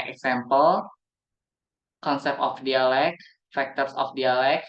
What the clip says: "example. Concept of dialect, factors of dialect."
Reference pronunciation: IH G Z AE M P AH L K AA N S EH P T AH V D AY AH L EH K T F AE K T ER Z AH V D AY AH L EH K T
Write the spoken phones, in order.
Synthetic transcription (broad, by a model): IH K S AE M P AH L K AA N S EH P AH F D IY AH L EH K F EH K T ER S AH F D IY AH L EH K